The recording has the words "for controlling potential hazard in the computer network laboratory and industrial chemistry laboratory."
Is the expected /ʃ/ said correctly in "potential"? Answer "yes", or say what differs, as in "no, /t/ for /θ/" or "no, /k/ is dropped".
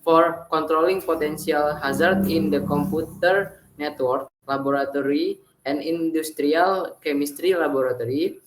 no, /s/ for /ʃ/